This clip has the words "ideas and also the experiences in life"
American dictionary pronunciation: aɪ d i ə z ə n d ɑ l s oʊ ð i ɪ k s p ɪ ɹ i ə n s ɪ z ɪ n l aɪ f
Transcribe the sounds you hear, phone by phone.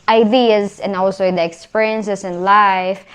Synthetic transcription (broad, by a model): aɪ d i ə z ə n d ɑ l s oʊ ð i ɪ k s p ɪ ɹ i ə n s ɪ s ɪ n l aɪ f